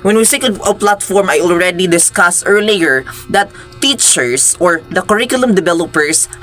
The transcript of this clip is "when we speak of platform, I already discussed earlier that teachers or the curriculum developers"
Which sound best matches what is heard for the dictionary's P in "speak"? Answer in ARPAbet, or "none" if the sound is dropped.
none